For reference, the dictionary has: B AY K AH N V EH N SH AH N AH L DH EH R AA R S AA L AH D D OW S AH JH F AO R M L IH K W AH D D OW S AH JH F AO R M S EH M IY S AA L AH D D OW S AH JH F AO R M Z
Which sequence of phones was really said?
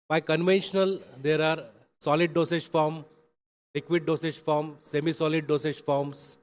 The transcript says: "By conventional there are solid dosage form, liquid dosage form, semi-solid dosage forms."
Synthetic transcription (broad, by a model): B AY K AH N V EH N SH AH N AH L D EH R AA R S AA L AH D D OW S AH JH F AO R M L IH K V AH D D OW S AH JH F AO R M S EH M IY S AA L AH D D OW S AH JH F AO R M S